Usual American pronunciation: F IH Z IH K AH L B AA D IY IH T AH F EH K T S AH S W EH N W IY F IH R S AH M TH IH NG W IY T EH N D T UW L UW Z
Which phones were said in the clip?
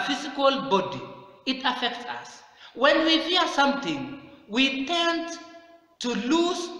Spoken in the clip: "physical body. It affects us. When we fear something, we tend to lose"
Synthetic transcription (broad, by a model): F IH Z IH K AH L B AA D IY IH T AH F EH K T S AH S W EH N W IY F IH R S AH M T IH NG W IY T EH N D T UW L UW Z